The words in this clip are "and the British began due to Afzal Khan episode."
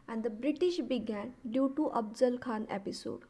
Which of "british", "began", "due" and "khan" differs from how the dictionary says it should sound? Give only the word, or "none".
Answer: none